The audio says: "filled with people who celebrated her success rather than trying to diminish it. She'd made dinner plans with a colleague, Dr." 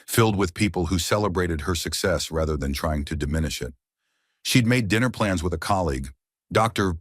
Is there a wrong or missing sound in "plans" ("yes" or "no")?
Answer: no